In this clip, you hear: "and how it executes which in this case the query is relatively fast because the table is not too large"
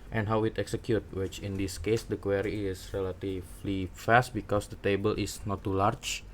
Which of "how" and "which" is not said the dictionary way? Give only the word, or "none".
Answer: none